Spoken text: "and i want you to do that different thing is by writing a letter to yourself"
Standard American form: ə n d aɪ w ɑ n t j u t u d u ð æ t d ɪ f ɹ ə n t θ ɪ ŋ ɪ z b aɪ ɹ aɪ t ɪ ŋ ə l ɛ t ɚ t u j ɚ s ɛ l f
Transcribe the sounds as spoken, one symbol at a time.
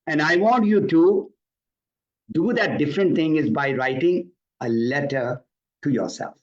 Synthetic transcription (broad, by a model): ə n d aɪ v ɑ n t j u t u d u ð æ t d ɪ f ɹ ə n t t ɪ ŋ ɪ z b aɪ ɹ aɪ t ɪ ŋ ə l ɛ t ɚ t u j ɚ s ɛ l f